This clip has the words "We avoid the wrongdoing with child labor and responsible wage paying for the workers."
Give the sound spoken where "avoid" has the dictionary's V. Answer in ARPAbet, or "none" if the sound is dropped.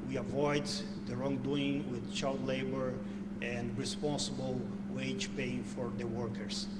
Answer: V